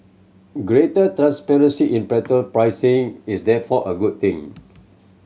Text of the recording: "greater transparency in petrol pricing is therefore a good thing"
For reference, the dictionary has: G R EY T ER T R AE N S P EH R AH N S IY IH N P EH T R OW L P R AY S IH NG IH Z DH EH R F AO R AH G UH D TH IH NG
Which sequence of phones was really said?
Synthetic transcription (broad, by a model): G R EY T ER T R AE N S P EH R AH N S IY IH N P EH T OW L P R AY S IH NG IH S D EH F AO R AH G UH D T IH NG